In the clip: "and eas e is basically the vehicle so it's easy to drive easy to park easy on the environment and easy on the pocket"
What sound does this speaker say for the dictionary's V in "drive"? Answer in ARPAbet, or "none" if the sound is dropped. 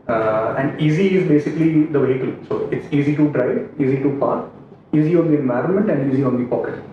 none